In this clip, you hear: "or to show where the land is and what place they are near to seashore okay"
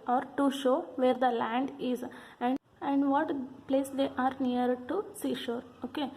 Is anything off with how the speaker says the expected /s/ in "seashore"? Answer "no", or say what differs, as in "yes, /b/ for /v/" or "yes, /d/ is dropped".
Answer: no